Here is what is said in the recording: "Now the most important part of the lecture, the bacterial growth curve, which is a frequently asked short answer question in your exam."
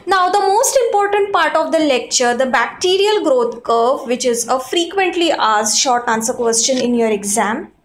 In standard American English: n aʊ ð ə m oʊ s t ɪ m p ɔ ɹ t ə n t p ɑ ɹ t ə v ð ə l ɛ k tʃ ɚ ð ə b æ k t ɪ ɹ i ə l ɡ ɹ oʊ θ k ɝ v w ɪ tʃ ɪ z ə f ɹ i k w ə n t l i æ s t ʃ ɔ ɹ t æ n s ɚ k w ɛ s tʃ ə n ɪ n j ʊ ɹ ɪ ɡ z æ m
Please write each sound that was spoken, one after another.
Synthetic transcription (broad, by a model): n aʊ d ə m oʊ s t ɪ m p ɔ ɹ t ə n t p ɑ ɹ t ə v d ə l ɛ k tʃ ɚ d ə b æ k t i ɹ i ə l ɡ ɹ oʊ t k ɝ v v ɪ tʃ ɪ z ə f ɹ i k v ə n t l i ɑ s ʃ ɔ ɹ t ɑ n s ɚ k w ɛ s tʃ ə n ɪ n j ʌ ɹ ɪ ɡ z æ m